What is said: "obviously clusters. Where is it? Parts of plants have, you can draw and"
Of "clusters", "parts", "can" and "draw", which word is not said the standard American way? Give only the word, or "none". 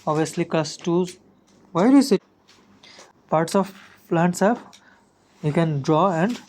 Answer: clusters